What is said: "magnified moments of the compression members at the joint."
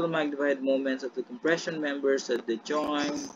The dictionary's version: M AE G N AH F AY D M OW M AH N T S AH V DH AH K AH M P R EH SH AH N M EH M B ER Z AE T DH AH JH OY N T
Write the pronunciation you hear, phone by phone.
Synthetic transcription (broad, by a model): M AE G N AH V AY D M OW M AH N T S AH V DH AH K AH M P R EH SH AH N M EH M B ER S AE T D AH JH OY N